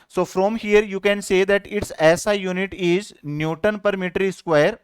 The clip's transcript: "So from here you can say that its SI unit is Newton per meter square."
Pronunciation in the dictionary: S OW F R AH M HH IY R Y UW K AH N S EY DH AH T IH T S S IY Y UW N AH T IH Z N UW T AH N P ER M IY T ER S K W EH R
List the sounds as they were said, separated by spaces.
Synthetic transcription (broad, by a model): S OW F R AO M HH IY R Y UW K AH N S EY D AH T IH T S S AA Y UW N AH T IH Z N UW T AH N P ER M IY T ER S K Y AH R